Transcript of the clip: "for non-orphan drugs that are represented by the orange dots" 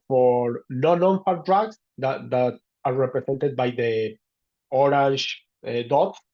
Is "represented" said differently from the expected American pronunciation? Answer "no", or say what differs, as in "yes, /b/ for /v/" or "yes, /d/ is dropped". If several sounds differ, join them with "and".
yes, /s/ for /z/